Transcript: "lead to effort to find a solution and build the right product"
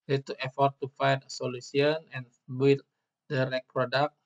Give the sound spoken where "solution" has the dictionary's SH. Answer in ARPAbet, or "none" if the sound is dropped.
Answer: S